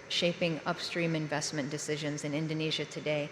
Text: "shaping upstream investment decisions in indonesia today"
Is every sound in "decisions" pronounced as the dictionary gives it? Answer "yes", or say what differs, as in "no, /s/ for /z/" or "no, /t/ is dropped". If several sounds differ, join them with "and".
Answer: yes